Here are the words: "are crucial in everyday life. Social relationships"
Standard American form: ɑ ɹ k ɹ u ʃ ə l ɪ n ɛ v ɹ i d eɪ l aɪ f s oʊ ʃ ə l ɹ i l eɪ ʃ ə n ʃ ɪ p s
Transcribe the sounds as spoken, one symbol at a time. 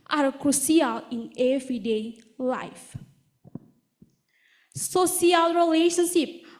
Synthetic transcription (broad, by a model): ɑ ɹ k ɹ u s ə l ɪ n ɛ v ɹ i d eɪ l aɪ f s oʊ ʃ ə l ɹ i l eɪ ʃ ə n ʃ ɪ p